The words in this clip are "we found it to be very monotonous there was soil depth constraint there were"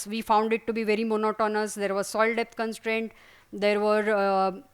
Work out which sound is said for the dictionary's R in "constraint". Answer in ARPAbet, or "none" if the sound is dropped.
R